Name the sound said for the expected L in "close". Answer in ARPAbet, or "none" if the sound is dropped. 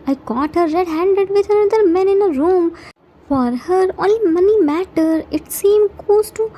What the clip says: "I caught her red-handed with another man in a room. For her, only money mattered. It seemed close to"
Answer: none